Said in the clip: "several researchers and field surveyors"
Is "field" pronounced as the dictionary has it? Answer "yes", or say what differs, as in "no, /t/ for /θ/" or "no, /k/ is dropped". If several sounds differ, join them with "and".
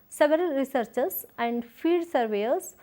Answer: no, /l/ is dropped